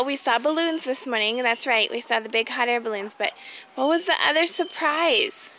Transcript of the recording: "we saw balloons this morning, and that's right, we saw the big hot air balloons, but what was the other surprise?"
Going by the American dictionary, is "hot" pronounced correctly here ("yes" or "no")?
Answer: yes